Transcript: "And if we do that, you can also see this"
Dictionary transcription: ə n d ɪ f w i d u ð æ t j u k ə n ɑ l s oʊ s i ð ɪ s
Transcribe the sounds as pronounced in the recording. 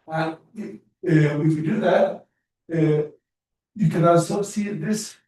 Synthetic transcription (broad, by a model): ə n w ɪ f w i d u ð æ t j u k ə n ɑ s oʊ s i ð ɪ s